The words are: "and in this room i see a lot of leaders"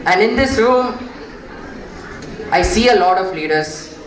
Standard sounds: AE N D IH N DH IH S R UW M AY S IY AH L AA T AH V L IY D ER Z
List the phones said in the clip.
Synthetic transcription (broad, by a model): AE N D IH N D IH S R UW AY S IY AH L AA T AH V L IY D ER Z